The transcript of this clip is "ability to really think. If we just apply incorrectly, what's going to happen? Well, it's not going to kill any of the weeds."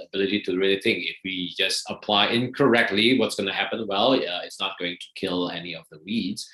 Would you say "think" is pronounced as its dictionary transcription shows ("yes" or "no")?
no